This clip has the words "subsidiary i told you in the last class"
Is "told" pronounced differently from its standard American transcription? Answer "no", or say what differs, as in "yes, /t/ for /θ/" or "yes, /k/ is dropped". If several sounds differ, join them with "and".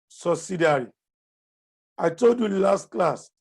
no